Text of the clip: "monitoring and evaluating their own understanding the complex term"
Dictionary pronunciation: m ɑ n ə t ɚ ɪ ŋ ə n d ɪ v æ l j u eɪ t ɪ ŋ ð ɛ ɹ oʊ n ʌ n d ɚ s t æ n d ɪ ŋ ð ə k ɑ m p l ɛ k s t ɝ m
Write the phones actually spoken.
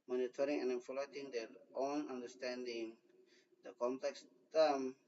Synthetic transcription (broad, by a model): m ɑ n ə t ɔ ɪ ŋ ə n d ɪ f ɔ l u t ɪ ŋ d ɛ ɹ oʊ n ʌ n d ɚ s t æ n d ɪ ŋ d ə k ɑ m p l ɛ k s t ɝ m